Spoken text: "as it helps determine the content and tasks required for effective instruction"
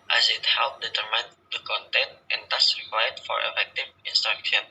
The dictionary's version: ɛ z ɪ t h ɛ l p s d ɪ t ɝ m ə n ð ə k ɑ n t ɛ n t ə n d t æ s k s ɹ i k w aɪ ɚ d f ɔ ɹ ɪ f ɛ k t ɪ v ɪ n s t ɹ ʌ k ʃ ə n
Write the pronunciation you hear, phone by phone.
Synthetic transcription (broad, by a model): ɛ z ɪ t h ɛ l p d ɪ t ɝ m ə n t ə k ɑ n t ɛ n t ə n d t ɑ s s ɹ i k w aɪ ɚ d f ɔ ɹ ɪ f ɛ k t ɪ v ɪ n s t ɹ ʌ k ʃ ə n